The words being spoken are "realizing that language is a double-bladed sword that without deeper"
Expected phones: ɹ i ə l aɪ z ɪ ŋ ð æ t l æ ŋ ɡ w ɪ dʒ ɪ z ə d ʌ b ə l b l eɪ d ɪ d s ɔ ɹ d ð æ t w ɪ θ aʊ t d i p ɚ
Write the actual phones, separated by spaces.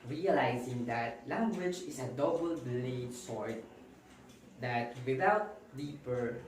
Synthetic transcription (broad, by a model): ɹ i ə l aɪ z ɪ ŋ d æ t l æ ŋ ɡ w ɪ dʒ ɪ s ə d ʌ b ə l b eɪ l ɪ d s ɔ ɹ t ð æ t w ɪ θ aʊ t d i p ɚ